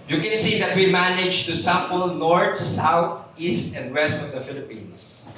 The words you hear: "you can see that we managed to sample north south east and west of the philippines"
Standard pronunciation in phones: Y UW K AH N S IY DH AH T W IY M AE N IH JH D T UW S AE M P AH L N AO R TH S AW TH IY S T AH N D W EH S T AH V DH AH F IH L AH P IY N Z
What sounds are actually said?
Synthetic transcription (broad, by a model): Y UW K AH N S IY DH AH T W IY M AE N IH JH T UW S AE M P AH L N AO R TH S AW T IY S T AH N D W EH S T AH V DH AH F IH L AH P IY N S